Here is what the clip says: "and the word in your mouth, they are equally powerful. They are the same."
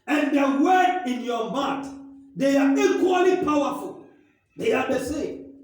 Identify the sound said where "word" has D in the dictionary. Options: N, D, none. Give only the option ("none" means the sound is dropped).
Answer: none